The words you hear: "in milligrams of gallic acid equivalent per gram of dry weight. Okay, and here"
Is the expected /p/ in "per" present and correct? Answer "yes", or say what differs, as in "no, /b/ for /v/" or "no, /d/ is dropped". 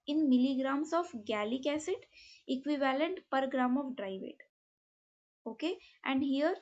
yes